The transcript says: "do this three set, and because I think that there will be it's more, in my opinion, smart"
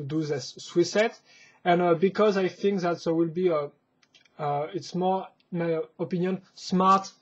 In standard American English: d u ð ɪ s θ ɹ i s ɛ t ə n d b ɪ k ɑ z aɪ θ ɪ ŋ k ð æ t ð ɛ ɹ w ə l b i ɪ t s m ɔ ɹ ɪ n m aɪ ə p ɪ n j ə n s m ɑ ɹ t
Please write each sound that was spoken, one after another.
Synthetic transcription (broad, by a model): d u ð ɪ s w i s ɛ t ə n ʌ b ɪ k ɑ z aɪ θ ɪ ŋ k ð æ t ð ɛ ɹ w ə l b i ɪ t s m ɔ ɹ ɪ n m aɪ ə p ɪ n j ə n s m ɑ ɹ t